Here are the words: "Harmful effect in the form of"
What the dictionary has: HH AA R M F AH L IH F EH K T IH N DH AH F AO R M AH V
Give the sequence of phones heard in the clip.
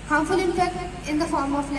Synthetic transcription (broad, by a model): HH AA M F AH L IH P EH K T IH N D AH F AO R M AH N